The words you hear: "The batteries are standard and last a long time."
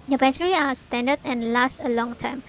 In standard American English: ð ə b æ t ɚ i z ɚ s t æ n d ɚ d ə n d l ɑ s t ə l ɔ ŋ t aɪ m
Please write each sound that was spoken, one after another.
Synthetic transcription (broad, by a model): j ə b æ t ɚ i ɑ s t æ n d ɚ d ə n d l ɑ s t ə l ɔ ŋ t aɪ m